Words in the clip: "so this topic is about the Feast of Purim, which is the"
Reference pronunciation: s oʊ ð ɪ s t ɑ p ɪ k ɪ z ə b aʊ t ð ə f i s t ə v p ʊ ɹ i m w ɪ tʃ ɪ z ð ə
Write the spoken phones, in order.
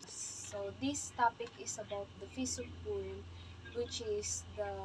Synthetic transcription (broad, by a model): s oʊ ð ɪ s t ɑ p ɪ k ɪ s ə b aʊ t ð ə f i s ə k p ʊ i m w ɪ tʃ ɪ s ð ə